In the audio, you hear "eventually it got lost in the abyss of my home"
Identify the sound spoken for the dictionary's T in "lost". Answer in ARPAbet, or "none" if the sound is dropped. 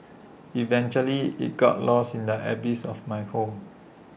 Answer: none